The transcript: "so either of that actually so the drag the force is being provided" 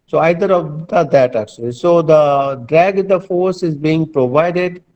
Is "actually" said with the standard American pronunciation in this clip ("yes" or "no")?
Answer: yes